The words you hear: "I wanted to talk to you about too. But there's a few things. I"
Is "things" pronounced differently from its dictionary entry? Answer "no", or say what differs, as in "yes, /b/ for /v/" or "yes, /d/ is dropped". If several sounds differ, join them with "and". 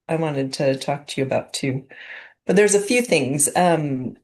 no